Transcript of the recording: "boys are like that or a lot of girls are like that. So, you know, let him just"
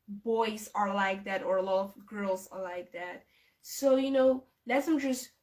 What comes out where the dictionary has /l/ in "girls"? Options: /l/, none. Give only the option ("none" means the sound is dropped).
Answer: /l/